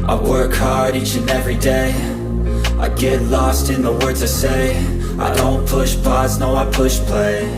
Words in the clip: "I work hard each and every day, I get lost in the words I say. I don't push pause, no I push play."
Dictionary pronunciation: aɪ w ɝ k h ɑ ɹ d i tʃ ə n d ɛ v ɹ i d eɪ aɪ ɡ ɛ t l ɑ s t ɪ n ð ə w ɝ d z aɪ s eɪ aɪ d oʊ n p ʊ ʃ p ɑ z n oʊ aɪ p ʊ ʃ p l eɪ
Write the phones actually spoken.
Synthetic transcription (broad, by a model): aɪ w ɝ k h ɑ ɹ d i tʃ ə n ɛ v ɹ i d eɪ aɪ ɡ ɛ t l ɑ s t ɪ n ð ə w ɝ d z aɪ s eɪ aɪ d oʊ n p ʊ ʃ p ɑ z n oʊ aɪ p ʊ ʃ p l eɪ